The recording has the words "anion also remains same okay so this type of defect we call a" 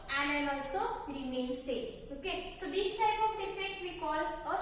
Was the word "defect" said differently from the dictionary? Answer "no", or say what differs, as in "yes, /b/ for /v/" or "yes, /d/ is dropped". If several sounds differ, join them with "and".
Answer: yes, /k/ is dropped